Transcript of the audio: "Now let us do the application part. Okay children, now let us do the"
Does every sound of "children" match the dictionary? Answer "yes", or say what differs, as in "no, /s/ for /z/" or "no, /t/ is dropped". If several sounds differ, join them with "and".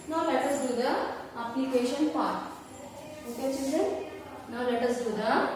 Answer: no, /l/ is dropped and /ɹ/ is dropped